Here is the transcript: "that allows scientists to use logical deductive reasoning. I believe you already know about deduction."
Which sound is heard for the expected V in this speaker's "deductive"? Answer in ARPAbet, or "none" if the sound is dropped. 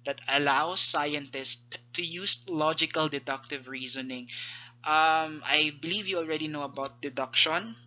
V